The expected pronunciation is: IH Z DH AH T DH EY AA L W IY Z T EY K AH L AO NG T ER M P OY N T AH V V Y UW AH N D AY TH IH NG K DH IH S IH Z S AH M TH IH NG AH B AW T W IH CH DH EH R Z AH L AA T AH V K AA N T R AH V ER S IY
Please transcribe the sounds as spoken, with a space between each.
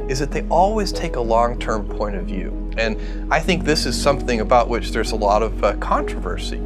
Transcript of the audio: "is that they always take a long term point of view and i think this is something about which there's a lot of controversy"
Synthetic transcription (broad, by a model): IH Z DH AH T DH EY AA L W IY Z T EY K AH L AO NG T ER M P OY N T AH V V Y UW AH N AY TH IH NG K DH IH S IH Z S AH M TH IH NG AH B AW T W IH CH DH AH R Z AH L AA T AH V K AA N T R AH V ER S IY